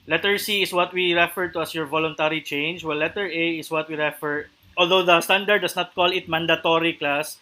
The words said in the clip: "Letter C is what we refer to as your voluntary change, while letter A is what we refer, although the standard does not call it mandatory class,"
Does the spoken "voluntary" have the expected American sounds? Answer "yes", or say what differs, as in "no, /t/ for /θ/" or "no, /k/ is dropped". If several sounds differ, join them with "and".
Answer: yes